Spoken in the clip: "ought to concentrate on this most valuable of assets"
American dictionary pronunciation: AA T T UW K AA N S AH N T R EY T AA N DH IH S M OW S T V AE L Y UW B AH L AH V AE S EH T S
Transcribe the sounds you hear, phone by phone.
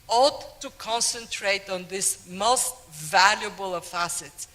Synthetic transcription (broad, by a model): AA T T UW K AA N S AH N T R EY T AA N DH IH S M OW S T V AE L Y UW B AH L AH F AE S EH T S